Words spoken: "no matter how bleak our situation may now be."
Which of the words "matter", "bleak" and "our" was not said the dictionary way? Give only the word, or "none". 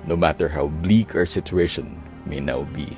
none